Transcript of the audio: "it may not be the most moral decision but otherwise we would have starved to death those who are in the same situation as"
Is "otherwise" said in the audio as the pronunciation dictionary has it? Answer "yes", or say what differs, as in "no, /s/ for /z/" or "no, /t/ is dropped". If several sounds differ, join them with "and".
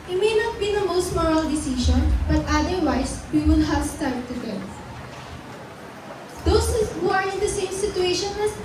no, /s/ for /z/